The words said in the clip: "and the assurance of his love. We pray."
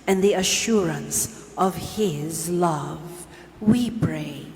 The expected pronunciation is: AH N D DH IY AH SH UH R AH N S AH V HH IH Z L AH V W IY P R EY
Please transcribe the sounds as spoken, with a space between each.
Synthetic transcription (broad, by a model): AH N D DH IY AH SH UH R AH N S AH V HH IH Z L AH V W IY P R EY